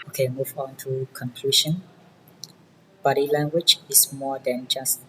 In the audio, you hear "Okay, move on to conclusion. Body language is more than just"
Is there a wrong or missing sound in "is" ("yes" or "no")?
yes